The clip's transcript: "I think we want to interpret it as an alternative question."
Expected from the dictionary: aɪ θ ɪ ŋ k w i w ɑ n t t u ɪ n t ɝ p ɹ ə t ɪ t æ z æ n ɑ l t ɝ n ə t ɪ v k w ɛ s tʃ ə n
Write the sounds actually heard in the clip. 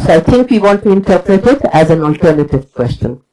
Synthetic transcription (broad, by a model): aɪ t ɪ ŋ k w i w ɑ n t t u ɪ n t ɝ p ɹ ə t ɪ t æ z æ n ɑ l t ɝ n ə t ɪ v k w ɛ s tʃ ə n